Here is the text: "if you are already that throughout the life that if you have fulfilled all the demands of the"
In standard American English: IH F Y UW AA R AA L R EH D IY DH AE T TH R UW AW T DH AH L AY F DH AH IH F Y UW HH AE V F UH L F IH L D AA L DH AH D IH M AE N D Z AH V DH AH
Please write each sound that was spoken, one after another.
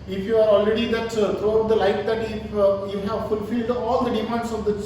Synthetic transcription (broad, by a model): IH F Y UW AA R AA L R EH D IY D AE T T R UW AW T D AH L AY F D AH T Y UW HH AE V F UH L F IH L D AA L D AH D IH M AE N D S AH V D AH